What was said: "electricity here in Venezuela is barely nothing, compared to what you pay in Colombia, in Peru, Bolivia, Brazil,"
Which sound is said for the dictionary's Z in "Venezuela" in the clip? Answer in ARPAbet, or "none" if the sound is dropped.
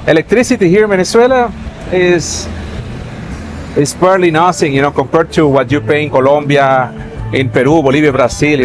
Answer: S